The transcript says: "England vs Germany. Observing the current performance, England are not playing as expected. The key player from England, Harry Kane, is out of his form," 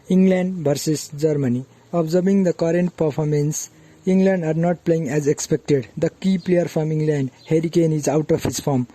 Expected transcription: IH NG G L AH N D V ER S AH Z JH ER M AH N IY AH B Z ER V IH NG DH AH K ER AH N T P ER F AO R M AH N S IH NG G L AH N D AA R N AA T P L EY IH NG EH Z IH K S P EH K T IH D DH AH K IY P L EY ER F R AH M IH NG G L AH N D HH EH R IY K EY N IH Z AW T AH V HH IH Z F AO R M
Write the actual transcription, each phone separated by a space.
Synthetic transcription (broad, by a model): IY NG G L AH N D B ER S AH S JH ER M AH N IY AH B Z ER B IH NG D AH K ER AH N T P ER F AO R M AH N S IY NG G L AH N D AA R N AA T P L EY IH NG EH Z IH K S P EH K T IH D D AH K IY P L EY ER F R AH M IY NG G L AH N D HH EH R IY K EY N IH Z AW T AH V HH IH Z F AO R M